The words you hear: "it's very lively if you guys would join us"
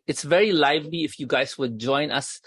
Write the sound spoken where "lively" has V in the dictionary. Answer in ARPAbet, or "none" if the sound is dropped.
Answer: V